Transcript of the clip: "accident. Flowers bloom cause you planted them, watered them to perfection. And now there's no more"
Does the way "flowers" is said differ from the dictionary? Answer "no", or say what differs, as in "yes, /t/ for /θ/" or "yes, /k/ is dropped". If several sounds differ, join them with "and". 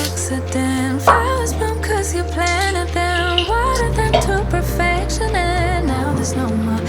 yes, /l/ is dropped